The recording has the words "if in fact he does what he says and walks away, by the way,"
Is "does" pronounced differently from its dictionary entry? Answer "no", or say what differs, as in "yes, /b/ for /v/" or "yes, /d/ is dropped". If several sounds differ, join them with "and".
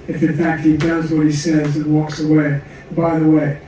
no